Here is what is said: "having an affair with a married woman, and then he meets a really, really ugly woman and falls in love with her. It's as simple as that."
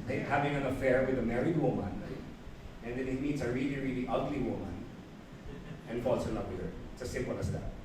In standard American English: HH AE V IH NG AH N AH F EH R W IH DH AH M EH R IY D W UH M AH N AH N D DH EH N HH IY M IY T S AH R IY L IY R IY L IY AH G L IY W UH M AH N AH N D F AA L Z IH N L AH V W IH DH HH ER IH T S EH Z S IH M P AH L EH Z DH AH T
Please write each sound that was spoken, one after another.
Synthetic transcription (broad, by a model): HH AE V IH NG AH N AH F EH R W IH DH AH M EH R IY D W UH M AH N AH N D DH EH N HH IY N IY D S AH R IY L IY R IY L IY AH G L IY W UH M AH N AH N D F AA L S IH N L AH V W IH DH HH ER IH T S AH S IH M P AH L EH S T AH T